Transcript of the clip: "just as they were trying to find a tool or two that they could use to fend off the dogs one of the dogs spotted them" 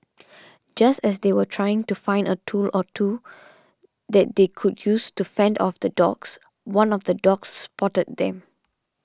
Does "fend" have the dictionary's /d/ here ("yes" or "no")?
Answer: yes